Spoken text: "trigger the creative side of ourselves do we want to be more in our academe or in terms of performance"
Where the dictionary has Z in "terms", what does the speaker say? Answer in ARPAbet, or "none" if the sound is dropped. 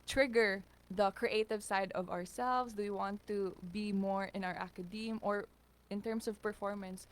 S